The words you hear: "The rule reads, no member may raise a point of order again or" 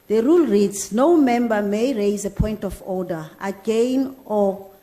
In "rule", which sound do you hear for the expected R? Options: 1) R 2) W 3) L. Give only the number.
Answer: 1